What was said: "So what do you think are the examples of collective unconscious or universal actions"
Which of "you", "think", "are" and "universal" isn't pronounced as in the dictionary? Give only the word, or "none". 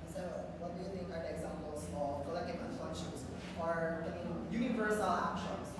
think